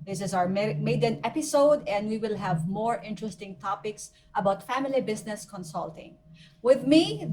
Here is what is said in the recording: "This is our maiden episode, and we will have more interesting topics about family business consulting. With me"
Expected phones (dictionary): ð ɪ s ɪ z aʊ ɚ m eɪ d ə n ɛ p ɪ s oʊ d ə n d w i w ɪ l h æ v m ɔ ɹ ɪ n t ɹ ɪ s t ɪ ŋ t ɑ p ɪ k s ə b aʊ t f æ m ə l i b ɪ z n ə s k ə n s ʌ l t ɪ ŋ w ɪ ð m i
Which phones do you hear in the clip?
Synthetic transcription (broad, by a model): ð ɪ s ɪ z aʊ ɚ m eɪ d ə n ɛ p ɪ s oʊ d ə n d w i w ɪ l h æ v m ɔ ɹ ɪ n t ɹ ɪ s t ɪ ŋ t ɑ p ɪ k s ə b aʊ t f æ m ə l i b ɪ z n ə s k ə n s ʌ l t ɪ ŋ w ɪ ð m i